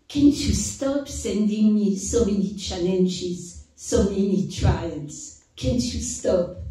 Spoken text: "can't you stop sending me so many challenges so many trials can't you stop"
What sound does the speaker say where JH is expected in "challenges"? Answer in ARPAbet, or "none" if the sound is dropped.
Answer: SH